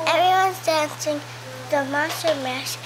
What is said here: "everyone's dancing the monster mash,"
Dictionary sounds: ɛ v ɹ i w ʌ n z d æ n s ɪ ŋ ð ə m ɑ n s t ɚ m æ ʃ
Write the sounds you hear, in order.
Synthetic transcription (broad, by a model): ɛ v ɹ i w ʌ n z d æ n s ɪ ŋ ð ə m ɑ s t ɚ m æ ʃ